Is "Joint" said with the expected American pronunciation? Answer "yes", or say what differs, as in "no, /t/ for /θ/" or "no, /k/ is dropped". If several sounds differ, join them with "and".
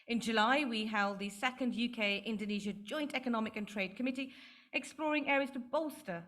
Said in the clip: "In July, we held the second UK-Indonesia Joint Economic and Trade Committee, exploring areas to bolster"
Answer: yes